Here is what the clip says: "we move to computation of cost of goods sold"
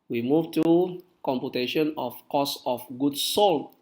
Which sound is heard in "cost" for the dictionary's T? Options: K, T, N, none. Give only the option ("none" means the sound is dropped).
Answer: none